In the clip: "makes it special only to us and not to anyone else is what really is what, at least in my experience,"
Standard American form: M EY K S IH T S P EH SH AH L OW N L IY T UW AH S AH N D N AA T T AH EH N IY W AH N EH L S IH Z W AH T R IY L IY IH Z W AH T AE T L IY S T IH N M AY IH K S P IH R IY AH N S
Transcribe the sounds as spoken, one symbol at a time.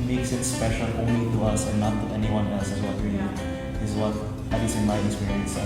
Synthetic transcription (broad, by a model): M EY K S IH T S P EH SH AH L OW N L IY T UW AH S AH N N AA T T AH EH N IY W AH N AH S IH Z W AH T R IY L IY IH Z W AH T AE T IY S IH N M AY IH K S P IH R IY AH N S